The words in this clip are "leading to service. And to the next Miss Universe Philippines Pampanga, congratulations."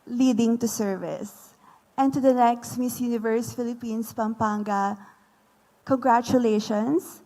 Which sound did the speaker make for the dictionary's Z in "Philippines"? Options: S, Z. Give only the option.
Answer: S